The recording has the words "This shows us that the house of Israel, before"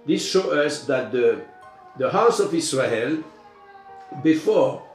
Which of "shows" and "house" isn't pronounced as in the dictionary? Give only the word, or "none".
shows